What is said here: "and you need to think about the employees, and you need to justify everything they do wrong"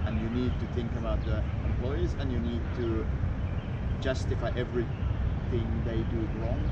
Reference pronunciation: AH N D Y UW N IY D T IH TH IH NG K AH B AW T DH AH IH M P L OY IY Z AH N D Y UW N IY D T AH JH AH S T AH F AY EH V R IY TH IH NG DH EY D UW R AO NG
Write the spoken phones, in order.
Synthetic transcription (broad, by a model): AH N Y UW N IY D T IH TH IH NG K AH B AW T DH AH IH M P L OY IY Z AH N Y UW N IY D T AH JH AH S T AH F AY EH V R IY TH IH NG DH EY D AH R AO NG